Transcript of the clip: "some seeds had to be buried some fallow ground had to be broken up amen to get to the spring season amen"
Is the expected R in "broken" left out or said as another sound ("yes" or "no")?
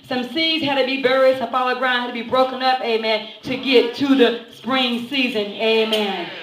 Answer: no